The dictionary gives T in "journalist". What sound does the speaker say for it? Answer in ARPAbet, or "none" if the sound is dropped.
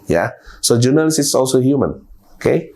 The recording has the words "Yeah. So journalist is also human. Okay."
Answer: none